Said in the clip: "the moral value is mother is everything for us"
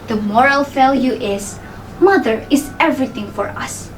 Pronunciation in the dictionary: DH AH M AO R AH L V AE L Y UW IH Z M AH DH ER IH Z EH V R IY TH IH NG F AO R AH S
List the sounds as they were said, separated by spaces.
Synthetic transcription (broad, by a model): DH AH M AO R AH L F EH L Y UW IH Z M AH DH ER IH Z EH V R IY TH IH NG F AO R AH S